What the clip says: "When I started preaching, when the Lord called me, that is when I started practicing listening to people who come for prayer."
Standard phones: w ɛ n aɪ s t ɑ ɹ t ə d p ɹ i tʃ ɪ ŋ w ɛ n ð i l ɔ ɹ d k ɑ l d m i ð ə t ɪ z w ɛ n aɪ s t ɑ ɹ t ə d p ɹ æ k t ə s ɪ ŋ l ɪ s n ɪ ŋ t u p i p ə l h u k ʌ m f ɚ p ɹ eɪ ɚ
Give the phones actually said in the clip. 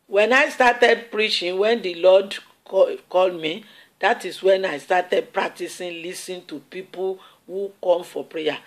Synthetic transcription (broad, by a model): w ɛ n aɪ s t ɑ t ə d p ɹ i tʃ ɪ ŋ w ɛ n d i l ɔ d k ɑ l d m i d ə t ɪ s w ɛ n aɪ s t ɑ t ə d p ɹ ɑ k t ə s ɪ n l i s ɪ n t u p i p ə l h u k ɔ m f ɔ p ɹ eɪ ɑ